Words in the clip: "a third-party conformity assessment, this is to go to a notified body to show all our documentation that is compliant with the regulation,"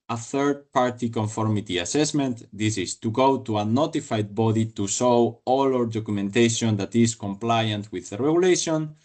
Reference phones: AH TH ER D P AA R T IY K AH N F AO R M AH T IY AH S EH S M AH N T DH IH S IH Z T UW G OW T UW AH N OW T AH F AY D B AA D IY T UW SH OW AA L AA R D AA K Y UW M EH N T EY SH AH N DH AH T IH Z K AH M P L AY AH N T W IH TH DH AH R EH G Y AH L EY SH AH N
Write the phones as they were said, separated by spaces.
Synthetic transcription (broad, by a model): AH TH ER D P AA R T IY K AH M F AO R M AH T IY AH S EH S M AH N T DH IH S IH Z T UW G OW T UW AH N OW T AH F AY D B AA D IY T UW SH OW AA L AA R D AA K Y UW M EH N T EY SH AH N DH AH T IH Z K AH M P L AY AH N T W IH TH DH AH R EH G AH L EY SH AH N